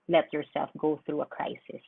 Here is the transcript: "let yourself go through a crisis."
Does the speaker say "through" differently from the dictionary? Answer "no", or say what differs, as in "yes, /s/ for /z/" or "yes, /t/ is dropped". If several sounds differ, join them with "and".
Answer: no